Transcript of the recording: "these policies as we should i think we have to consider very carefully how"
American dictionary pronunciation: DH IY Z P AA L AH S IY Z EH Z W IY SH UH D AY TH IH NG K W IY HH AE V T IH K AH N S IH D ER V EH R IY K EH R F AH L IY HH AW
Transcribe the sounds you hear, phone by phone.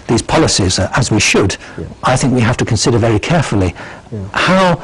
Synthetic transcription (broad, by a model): DH IY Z P AA L AH S IY Z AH Z W IY SH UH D AY TH IH NG K W IY HH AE F T IH K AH N S IH D ER V EH R IY K EH R F AH L IY HH AW